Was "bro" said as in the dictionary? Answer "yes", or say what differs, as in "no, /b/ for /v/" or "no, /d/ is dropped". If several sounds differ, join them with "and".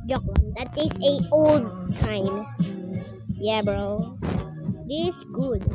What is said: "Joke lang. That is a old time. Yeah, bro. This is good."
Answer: yes